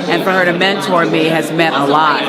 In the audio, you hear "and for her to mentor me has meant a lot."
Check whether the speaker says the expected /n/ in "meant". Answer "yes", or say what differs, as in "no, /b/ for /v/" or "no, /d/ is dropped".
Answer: no, /n/ is dropped